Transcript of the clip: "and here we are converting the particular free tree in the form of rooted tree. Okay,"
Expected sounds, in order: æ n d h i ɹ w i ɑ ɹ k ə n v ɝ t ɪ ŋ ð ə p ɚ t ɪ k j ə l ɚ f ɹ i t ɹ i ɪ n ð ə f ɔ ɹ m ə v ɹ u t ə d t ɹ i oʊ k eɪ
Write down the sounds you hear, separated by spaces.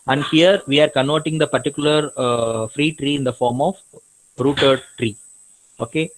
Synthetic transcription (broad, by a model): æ n d h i ɹ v i ɑ ɹ k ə n ɔ t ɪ ŋ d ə p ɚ t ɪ k j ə l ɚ f ɹ i t ɹ i ɪ n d ə f ɔ ɹ m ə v ɹ u t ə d t ɹ i oʊ k eɪ